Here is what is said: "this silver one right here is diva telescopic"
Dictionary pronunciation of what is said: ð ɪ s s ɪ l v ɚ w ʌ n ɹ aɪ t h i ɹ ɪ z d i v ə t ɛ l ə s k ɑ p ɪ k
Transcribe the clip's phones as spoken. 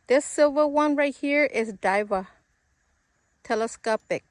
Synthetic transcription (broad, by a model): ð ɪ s s ɪ l v ɚ w ʌ n ɹ aɪ t h i ɹ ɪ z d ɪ v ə t ɛ l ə s k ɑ p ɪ k